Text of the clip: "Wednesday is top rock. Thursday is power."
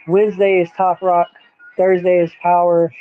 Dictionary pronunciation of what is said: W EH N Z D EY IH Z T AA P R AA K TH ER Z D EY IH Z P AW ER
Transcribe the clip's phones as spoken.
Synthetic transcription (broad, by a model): W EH N Z D EY IH Z T AA P R AA K TH ER Z D EY IH Z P AW ER